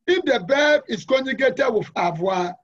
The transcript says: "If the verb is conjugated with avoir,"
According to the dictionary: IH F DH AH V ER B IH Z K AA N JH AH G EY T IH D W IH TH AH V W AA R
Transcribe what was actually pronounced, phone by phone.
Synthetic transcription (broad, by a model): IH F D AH B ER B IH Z K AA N AH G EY T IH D W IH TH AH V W AA